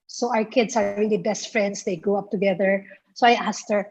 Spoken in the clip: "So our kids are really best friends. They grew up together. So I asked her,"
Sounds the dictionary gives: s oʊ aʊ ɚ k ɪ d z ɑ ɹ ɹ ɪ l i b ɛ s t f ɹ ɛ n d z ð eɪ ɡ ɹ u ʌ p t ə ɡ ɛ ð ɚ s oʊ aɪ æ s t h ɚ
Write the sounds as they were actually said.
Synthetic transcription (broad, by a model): s oʊ aʊ ɚ k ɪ d s ɑ ɹ ɹ ɪ l i b ɛ s t f ɹ ɛ n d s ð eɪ ɡ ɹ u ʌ p t ə ɡ ɛ ð ɚ s oʊ aɪ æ s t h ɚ